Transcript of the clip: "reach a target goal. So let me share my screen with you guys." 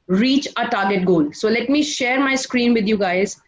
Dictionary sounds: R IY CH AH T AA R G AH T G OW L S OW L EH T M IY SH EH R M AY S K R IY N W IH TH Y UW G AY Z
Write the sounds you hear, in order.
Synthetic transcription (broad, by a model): R IY CH AH T AA R G AH T G OW L S OW L EH T M IY SH EH R M AY S K R IY N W IH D Y UW G AY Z